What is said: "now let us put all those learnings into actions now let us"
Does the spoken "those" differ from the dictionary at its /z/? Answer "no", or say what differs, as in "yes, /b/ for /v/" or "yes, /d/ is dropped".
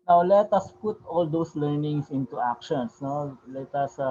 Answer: yes, /s/ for /z/